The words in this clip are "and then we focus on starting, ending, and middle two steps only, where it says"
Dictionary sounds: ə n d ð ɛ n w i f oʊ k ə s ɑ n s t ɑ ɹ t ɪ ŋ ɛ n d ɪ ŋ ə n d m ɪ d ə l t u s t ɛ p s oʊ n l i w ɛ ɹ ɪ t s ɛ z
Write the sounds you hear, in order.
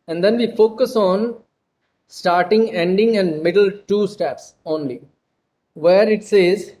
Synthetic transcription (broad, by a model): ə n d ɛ n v i f oʊ k ə s ɑ n s t ɑ ɹ t ɪ ŋ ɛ n d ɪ ŋ ə n d m ɪ d ə l t u s t ɛ p s oʊ n l i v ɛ ɹ ɪ t s ɛ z